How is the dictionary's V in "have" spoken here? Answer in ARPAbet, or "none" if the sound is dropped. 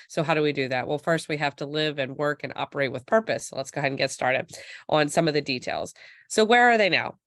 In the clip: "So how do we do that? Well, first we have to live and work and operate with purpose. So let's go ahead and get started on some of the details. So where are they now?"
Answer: F